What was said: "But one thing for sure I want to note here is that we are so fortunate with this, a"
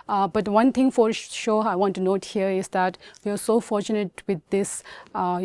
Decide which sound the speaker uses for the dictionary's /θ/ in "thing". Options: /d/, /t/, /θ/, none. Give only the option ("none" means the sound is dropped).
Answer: /t/